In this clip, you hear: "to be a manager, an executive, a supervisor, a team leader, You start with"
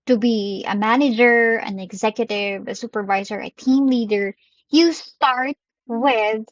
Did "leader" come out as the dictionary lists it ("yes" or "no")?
yes